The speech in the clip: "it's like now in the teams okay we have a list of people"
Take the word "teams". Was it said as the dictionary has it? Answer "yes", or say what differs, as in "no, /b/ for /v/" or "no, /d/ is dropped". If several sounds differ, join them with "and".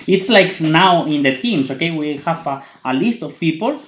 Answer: no, /s/ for /z/